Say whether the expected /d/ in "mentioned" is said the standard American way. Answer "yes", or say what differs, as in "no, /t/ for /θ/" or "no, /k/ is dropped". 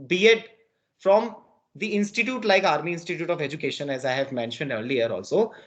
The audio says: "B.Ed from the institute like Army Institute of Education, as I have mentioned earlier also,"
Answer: yes